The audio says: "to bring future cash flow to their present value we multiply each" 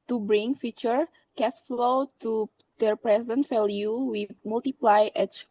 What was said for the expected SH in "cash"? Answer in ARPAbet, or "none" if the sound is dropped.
S